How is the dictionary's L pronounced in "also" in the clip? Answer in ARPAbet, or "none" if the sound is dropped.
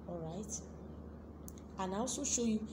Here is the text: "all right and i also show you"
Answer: none